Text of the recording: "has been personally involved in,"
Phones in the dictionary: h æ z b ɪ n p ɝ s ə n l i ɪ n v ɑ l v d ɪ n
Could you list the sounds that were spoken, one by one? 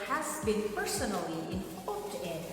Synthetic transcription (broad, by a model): h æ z b ɪ n p ɝ s ə n l i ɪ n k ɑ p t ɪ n